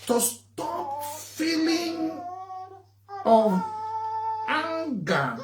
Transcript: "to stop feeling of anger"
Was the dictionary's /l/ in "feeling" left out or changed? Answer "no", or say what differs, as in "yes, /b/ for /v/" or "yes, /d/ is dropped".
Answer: no